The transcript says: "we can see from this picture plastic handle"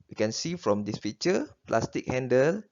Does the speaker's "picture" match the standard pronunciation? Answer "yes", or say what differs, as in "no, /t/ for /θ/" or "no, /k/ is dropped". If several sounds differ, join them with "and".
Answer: no, /f/ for /p/ and /k/ is dropped